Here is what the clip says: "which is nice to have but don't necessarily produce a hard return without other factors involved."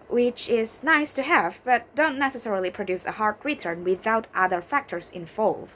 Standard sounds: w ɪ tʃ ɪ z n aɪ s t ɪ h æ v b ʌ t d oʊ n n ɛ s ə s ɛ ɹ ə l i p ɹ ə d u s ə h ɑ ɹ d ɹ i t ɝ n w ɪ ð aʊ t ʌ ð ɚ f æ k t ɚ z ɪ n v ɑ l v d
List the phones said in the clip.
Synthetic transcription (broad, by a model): w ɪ tʃ ɪ z n aɪ s t ɪ h æ v b ʌ t d oʊ n n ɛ s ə s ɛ ɹ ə l i p ɹ ə d u s ə h ɑ ɹ d ɹ i t ɝ n w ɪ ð aʊ t ʌ ð ɚ f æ k t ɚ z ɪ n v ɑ l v